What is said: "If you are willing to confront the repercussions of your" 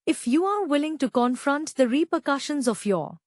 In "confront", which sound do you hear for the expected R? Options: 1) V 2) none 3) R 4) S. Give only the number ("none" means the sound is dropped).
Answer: 3